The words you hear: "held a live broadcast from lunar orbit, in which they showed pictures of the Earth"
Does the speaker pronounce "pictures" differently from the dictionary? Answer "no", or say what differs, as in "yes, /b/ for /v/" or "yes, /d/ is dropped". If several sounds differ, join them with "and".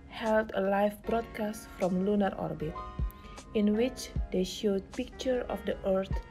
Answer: yes, /z/ is dropped